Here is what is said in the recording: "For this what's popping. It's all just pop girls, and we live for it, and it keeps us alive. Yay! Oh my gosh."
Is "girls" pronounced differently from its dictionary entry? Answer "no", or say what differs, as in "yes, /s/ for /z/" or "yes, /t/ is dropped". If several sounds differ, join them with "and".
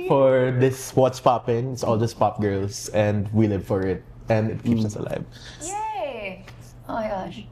yes, /s/ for /z/